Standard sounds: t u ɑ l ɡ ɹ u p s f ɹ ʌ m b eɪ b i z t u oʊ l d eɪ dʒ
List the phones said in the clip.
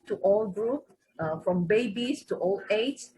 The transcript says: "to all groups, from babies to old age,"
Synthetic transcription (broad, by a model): t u ɑ l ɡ ɹ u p f ɹ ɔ m b eɪ b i s t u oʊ l eɪ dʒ